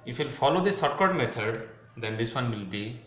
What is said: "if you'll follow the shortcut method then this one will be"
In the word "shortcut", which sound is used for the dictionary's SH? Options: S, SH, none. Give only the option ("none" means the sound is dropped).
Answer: S